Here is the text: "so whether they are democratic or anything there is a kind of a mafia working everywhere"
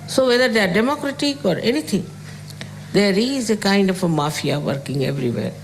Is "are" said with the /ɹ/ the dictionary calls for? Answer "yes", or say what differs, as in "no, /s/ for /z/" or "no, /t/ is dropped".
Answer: yes